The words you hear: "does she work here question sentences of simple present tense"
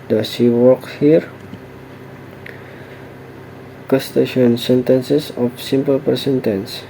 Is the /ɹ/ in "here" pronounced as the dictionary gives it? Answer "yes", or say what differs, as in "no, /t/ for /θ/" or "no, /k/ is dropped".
yes